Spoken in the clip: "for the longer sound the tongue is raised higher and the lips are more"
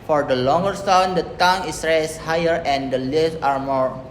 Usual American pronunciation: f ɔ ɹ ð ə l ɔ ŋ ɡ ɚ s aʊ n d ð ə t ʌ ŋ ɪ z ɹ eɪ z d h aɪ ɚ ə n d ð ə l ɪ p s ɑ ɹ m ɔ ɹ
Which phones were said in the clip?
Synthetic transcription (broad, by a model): f ɔ ɹ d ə l ɔ ŋ ɡ ɚ s aʊ n d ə t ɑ ŋ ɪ s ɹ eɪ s h aɪ ɚ ə n d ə l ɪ f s ɑ ɹ m ɔ ɹ